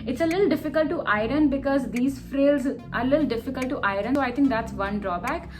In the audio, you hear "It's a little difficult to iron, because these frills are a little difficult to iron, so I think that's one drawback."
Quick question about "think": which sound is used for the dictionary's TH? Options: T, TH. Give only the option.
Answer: T